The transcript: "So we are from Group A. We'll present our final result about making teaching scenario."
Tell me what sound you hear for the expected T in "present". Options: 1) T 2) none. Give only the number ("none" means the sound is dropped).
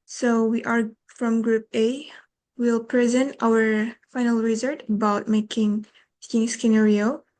1